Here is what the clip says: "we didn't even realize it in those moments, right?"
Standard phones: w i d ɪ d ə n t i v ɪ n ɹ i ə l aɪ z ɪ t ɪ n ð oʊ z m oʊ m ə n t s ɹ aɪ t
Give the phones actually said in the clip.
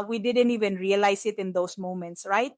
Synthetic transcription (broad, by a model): w i d ɪ d ə n t i v ɪ n ɹ i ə l aɪ s ɪ t ɪ n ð oʊ s m oʊ m ə n t s ɹ aɪ t